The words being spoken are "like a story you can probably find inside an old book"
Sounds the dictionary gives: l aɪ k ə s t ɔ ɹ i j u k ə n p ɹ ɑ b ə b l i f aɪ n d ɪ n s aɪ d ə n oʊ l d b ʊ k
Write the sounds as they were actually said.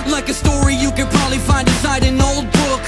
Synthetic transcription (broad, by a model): l aɪ k ə s t ɔ ɹ i j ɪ k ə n p ɹ ɑ b ə b l i f aɪ n d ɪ s aɪ d ə n oʊ l d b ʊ k